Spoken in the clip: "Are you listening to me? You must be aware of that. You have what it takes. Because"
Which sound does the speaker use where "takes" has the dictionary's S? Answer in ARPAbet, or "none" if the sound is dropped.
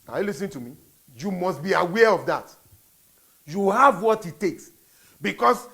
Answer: S